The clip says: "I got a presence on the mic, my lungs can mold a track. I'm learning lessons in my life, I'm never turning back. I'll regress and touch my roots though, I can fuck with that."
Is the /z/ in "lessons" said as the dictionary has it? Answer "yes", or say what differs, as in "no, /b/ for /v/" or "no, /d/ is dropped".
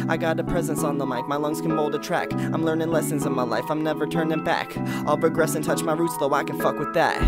yes